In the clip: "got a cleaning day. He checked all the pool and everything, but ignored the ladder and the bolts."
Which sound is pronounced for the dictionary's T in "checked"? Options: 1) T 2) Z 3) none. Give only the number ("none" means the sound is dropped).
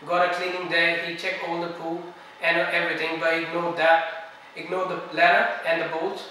3